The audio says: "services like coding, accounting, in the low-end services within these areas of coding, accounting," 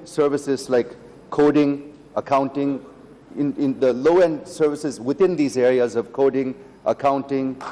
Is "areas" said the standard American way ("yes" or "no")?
yes